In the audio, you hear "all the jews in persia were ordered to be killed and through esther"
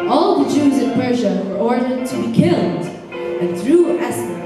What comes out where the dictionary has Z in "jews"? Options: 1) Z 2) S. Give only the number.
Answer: 1